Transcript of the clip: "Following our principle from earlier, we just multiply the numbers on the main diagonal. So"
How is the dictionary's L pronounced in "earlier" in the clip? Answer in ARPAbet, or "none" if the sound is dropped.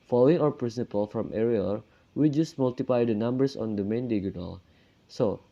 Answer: none